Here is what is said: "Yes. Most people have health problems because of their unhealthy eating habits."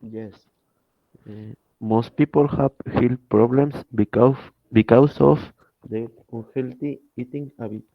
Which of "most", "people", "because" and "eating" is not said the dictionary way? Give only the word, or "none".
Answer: because